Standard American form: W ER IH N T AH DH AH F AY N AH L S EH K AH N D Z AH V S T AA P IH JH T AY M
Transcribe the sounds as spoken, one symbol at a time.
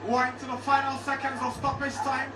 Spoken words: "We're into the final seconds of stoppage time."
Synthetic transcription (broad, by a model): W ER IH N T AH DH AH F AY N AH L S EH K AH N D Z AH S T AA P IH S T AY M